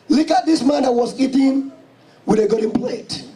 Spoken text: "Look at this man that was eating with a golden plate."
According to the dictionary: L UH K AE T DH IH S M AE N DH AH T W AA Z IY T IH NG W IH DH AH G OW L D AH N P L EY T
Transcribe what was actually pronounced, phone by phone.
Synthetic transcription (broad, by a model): L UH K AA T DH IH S M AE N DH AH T W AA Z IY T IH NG W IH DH AH G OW D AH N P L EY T